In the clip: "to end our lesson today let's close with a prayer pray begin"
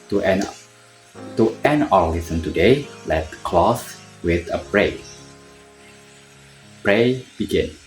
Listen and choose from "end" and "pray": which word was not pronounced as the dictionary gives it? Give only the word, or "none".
end